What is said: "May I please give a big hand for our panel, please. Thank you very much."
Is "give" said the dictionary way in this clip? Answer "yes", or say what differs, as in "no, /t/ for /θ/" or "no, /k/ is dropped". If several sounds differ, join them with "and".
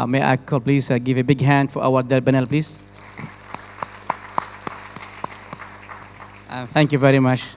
yes